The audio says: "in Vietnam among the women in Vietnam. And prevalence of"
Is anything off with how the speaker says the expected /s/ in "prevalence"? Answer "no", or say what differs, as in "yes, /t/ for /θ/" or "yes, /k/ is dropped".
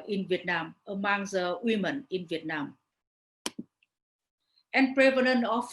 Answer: yes, /s/ is dropped